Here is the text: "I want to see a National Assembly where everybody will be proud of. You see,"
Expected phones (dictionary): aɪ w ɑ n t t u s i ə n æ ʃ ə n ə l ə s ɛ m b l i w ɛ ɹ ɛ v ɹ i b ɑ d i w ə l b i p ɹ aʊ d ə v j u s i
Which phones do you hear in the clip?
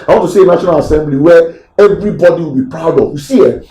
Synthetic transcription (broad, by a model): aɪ w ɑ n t t u s i ə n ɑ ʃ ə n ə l ə s ɛ m b l i w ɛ ɛ v ɹ i b ɑ d i w ə l b i p ɹ aʊ d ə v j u s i